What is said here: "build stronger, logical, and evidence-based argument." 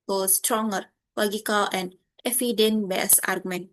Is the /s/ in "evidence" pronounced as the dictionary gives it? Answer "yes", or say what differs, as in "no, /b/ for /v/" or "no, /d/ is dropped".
no, /s/ is dropped